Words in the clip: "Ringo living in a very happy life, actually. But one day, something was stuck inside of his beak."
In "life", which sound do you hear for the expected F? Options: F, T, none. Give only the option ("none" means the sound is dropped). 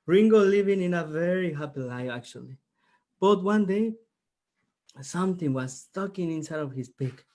none